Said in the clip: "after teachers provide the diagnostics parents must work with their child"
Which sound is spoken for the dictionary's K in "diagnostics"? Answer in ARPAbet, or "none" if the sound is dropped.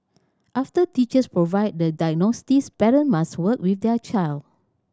none